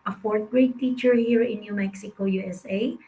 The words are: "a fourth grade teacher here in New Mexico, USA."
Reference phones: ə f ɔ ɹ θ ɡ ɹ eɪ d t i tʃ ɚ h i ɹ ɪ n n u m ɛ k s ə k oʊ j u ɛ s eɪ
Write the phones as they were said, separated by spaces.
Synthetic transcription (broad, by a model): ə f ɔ ɹ t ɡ ɹ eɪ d t i tʃ ɚ h i ɹ ɪ n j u m ɛ k s ə k oʊ j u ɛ s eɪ